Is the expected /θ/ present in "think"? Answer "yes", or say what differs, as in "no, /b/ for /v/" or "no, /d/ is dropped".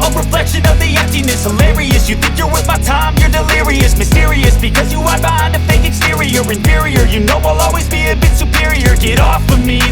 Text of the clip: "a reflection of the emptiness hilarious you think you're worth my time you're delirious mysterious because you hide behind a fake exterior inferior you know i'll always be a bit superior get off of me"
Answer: yes